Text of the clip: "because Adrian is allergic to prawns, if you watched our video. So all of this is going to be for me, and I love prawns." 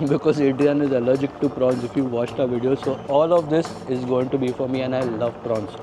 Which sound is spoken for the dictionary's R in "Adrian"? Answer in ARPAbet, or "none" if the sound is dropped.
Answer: none